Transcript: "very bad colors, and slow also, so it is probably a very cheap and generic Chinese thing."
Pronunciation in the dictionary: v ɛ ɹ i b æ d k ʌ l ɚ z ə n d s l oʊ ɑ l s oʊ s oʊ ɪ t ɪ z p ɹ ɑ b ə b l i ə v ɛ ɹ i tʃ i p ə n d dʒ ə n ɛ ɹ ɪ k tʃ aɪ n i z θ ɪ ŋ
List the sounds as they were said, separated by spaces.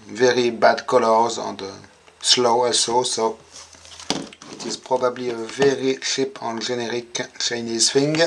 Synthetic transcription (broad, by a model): v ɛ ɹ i b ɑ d k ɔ l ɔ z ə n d s l oʊ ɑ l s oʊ s oʊ ɪ t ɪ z p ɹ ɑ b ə b l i ə v ɛ ɹ i ʃ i p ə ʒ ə n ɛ ɹ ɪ k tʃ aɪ n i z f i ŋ